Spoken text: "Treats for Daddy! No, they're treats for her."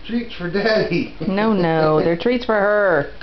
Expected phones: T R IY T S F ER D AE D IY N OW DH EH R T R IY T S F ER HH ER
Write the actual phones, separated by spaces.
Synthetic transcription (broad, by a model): T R IY T S F ER D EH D IY N OW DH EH R T R IY T S F ER HH ER